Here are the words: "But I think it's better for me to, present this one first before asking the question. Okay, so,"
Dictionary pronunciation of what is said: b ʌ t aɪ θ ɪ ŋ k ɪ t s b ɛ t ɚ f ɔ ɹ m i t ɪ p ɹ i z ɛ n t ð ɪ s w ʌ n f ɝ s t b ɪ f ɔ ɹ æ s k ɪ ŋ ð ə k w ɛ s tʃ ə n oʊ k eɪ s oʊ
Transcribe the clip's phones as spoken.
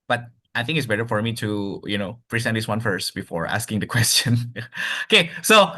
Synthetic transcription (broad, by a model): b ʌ t aɪ θ ɪ ŋ k ɪ t s b ɛ t ɚ f ɔ ɹ m i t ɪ p ɹ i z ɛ t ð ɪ s w ʌ n f ɝ s t b ɪ f ɔ ɹ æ s k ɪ ŋ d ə k w ɛ s tʃ ə n oʊ k eɪ s oʊ